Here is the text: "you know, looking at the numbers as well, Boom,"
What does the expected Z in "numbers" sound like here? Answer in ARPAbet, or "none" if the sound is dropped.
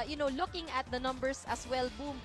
S